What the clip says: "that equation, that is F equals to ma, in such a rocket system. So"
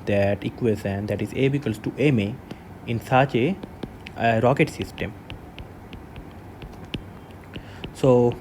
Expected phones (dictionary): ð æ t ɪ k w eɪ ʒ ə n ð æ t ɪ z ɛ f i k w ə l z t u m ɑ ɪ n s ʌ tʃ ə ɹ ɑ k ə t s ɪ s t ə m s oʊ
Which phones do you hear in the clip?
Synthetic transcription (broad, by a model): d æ t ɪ k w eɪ z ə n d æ t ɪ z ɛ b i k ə l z t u m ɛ ɪ n s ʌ tʃ ə ɹ ɑ k ə t s ɪ s t ə m s oʊ